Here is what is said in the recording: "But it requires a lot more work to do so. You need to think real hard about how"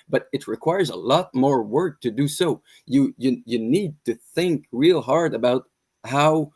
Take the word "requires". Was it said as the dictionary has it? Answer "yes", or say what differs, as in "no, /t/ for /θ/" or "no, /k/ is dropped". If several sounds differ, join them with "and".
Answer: yes